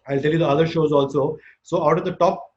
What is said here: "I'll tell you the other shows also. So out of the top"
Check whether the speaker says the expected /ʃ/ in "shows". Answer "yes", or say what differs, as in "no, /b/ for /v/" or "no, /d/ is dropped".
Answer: yes